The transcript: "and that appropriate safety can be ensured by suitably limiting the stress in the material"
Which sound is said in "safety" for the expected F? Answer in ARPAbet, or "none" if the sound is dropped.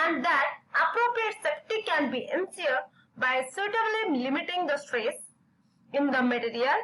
P